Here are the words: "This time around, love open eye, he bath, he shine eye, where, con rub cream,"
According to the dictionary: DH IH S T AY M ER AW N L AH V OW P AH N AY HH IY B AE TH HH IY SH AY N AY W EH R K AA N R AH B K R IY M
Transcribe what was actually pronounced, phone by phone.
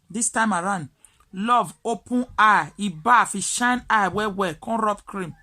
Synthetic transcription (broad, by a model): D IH S T AY M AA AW N L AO V OW P AH N AY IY B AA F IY SH AY N AY W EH W K AA N R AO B K R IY M